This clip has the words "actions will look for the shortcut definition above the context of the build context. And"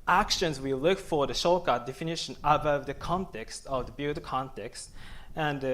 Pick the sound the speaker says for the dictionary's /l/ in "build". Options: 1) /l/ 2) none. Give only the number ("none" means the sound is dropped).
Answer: 2